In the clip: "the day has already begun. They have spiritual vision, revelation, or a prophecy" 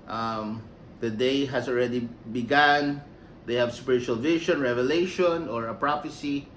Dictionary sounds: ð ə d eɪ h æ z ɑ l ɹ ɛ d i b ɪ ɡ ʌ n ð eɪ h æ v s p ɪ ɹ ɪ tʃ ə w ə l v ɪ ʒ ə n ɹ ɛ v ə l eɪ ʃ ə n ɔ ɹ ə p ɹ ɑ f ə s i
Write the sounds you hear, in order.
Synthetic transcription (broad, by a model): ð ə d eɪ h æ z ɑ l ɹ ɛ d i b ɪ ɡ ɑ n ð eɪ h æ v s p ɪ ɹ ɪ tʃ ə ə l v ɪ ʃ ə n ɹ ɛ v ə l eɪ ʃ ə n ɔ ɹ ə p ɹ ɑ f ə s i